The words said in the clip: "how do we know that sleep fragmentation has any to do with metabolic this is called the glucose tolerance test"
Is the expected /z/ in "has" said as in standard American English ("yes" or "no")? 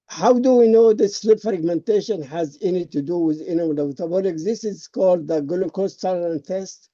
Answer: yes